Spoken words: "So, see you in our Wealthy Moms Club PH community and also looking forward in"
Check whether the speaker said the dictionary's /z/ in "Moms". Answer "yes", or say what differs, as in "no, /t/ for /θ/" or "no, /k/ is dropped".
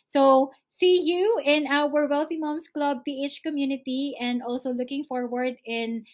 no, /s/ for /z/